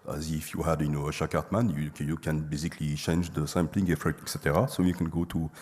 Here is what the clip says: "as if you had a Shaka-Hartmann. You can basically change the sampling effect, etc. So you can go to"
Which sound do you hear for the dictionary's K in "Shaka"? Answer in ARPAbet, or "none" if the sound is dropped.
none